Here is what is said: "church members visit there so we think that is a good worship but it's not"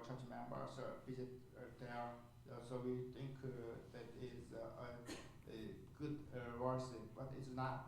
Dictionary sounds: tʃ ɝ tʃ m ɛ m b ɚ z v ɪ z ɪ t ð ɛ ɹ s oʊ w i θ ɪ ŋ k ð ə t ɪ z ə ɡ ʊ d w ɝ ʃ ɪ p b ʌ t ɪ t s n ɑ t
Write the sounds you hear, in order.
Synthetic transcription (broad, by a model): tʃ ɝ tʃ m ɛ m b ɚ s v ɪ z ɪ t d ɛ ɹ s oʊ w i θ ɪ ŋ k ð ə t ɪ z ə ɡ ʊ d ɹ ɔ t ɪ b ʌ t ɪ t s n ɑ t